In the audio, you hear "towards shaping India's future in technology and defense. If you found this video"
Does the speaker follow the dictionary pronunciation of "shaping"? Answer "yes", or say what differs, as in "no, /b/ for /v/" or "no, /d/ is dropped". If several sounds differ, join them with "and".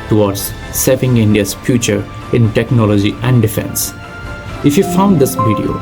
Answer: no, /s/ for /ʃ/